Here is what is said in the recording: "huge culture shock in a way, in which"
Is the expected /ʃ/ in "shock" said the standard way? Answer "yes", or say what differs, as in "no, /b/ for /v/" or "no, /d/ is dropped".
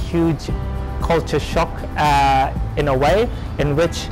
yes